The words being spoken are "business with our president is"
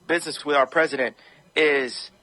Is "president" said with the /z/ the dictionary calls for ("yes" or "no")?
yes